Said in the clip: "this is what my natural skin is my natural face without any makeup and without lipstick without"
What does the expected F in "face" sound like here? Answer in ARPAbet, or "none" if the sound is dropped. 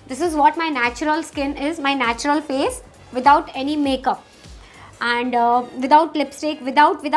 P